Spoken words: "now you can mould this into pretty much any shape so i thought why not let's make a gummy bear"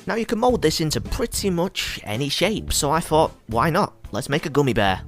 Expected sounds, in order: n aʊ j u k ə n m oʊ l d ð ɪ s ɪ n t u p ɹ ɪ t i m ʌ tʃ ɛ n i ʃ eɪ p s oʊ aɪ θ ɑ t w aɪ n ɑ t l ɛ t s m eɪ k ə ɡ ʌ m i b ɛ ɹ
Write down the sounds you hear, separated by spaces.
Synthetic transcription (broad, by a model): n aʊ j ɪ k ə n m oʊ l d ð ɪ s ɪ n t u p ɹ ɪ t i m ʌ tʃ ɛ n i ʃ eɪ p s oʊ aɪ θ ɑ t w aɪ n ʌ t l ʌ t s m eɪ k ə ɡ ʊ m i b ɛ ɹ